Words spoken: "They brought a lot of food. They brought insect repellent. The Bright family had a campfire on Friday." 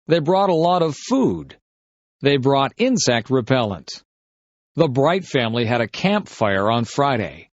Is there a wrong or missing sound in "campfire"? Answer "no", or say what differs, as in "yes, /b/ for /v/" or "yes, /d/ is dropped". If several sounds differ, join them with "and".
no